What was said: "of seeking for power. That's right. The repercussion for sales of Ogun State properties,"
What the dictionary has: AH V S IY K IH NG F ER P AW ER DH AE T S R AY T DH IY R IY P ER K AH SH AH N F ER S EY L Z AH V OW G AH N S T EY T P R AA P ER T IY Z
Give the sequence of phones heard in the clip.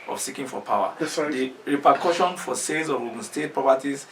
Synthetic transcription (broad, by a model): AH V S IY K IH NG F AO P AW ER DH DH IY R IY P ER K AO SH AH N F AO S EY Z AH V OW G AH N S T EY T P R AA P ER T IY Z